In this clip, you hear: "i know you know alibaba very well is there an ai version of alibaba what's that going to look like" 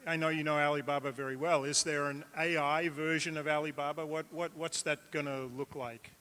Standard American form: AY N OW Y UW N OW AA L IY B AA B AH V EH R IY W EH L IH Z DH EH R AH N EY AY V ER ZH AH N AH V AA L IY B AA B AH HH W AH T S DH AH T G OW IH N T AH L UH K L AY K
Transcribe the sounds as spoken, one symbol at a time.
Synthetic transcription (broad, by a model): AY N OW Y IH N OW AA L IY B AA B AH V EH R IY W EH L IH Z DH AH R AH N EY AY V ER ZH AH N AH V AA L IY B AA B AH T W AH T S DH AH T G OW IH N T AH L UH K L AY K